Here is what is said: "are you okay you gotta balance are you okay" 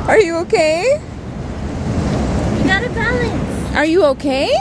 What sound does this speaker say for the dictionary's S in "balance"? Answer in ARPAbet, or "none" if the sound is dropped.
none